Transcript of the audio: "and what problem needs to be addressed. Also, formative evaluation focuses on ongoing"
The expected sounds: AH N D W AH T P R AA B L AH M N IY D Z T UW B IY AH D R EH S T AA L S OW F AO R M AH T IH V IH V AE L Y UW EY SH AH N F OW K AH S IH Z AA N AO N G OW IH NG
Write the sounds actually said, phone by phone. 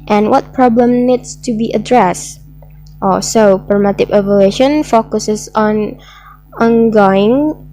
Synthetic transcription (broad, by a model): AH N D W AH T P R AA B L AH M N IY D S T UW B IY AH D R EH S T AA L S OW P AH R M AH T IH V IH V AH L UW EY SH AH N F OW K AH S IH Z AA N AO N G OW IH NG